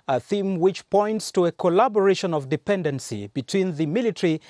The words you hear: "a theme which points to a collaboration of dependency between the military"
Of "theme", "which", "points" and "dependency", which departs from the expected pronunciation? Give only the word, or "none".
none